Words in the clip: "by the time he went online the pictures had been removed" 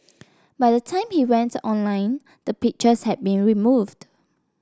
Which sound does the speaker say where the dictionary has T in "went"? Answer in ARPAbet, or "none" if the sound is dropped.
T